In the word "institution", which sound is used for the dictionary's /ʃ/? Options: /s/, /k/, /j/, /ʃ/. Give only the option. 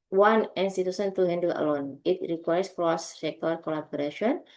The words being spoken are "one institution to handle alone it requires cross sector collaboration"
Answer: /s/